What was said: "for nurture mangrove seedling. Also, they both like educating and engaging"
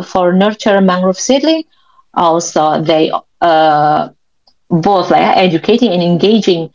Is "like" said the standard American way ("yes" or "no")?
no